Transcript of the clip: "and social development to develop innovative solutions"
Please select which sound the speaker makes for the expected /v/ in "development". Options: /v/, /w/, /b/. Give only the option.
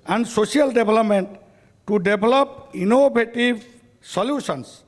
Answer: /b/